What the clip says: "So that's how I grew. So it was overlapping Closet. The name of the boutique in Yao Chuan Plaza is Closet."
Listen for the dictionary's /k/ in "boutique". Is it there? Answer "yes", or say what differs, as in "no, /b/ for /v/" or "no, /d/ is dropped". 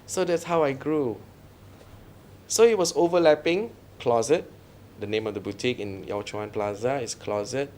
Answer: yes